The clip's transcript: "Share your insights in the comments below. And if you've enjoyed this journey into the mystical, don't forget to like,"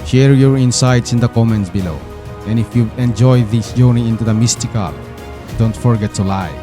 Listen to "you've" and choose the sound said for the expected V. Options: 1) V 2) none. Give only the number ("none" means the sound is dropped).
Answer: 2